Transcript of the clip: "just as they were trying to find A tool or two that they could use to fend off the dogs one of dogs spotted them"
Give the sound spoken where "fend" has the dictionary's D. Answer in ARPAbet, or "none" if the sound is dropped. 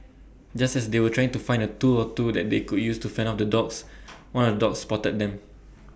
none